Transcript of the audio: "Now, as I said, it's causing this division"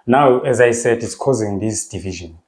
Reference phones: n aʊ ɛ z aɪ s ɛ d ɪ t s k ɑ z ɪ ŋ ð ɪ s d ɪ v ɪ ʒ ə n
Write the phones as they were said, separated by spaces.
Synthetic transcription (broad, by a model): n aʊ ɛ z aɪ s ɛ d ɪ t s k ɑ z ɪ ŋ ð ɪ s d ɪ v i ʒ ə n